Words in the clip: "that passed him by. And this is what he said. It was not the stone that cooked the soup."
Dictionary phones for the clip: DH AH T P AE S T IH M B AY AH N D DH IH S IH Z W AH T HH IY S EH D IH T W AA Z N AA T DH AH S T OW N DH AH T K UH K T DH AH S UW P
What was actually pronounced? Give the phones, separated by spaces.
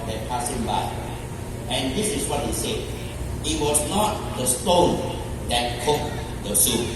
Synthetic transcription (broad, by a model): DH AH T P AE S IH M B AY AH N D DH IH S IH S W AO T HH IY S EH D IH T W AA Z N AA T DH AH S T OW N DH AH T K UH K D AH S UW